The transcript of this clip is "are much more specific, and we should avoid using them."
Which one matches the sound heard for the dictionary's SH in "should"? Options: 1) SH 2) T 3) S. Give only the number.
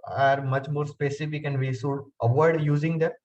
3